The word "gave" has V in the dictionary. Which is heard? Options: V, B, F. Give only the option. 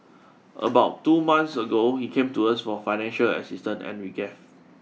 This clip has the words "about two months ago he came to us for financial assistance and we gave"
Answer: F